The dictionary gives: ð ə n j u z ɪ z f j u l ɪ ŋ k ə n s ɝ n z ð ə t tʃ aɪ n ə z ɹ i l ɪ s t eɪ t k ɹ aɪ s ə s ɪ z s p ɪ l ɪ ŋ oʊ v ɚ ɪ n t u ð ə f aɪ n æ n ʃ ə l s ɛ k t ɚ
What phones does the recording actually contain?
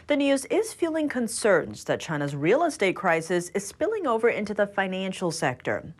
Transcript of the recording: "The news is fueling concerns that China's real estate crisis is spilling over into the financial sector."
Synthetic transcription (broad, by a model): ð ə n j u z ɪ z f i l ɪ ŋ k ə n s ɝ n z ð ə t tʃ aɪ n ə z ɹ i l ɪ s t eɪ t k ɹ aɪ s ə s ɪ z s p ɪ l ɪ ŋ oʊ v ɚ ɪ n t u ð ə f aɪ n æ n ʃ l s ɛ k t ɚ